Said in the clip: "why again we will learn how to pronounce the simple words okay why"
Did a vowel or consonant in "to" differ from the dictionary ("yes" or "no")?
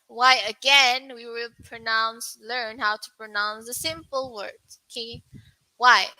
no